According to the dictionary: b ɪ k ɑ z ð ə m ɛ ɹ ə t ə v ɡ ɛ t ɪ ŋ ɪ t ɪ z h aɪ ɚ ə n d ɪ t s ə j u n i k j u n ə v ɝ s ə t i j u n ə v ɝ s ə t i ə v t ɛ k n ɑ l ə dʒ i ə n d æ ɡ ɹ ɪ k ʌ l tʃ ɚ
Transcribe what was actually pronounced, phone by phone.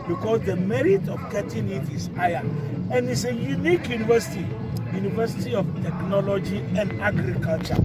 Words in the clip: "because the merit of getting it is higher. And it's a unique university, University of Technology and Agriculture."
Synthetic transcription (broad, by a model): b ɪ k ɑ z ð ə m ɛ ɹ ə t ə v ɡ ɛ t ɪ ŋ ɪ t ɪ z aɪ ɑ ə n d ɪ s ə j u n i k j u n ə v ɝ s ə t i j u n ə v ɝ s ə t i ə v t ɛ k n ɑ l ə dʒ i ə n d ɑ ɡ ɹ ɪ k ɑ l tʃ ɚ